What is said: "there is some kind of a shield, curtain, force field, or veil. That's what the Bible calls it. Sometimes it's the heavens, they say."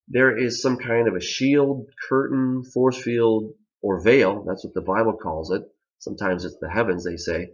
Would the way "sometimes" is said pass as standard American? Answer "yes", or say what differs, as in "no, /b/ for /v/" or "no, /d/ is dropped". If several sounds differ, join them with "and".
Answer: yes